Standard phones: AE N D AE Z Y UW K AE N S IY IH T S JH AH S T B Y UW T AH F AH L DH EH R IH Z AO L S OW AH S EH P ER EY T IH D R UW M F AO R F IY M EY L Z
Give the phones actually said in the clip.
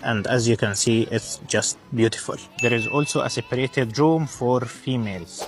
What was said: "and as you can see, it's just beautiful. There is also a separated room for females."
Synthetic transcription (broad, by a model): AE N D AE Z Y UW K AE N S IY IH T S JH AH S T B Y UW T AH F AH L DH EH R IH Z AO L S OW AH S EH P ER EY T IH D R UW M F AO R F IY M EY L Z